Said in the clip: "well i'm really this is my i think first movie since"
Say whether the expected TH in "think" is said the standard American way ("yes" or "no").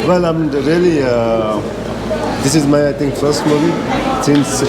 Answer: no